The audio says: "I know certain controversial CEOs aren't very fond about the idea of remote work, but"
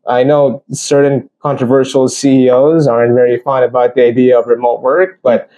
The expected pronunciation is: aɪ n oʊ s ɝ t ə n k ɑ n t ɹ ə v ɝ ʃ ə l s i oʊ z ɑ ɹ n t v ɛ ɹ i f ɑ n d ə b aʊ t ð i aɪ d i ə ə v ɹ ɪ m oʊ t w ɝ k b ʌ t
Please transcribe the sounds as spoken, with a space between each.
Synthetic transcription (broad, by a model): aɪ n oʊ s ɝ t n k ɑ n t ɹ ə v ɝ ʃ ə l s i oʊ z ɑ ɹ n t v ɛ ɹ i f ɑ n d ə b aʊ t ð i aɪ d i ə ə v ɹ ɪ m oʊ t w ɝ k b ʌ t